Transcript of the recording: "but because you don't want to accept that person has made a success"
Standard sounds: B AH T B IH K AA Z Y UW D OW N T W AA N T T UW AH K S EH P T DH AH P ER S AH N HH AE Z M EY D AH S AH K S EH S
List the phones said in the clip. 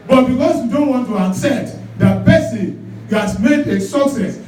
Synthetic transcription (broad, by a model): B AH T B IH K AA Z Y UW D OW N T W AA N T T UW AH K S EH T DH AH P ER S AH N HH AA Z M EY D AH S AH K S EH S